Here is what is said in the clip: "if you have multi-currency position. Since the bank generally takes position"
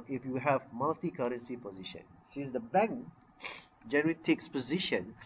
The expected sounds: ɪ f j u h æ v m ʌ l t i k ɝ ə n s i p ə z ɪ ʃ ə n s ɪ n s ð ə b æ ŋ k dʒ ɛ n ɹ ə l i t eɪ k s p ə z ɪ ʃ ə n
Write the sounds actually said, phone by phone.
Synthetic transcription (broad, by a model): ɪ f j u h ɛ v m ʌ l t i k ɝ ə n s i p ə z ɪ ʃ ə n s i s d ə b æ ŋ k dʒ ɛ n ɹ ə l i t eɪ k s p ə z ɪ ʃ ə n